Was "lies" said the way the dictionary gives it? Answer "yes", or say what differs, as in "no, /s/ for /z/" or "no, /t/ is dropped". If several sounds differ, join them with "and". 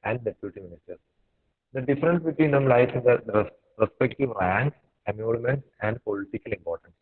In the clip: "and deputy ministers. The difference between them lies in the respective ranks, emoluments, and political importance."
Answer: no, /z/ is dropped